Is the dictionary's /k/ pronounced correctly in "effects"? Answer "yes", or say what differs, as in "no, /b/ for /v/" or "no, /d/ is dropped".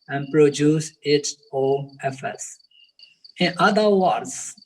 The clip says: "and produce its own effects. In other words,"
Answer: no, /k/ is dropped